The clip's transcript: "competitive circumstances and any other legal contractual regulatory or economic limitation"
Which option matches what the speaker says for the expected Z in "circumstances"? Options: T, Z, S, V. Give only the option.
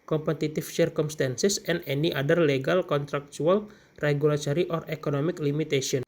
S